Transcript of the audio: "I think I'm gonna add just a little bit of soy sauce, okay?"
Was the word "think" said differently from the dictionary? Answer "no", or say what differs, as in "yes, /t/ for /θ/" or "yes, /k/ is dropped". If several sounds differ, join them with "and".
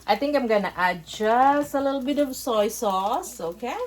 yes, /t/ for /θ/